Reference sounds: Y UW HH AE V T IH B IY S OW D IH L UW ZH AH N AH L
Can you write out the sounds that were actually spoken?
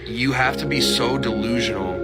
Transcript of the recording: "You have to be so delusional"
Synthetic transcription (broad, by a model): Y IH HH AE F T IH B IY S OW D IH L UW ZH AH N L